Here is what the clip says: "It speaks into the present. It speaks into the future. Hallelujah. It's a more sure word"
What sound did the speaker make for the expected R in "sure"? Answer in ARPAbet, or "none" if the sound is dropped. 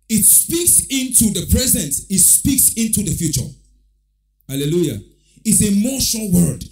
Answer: L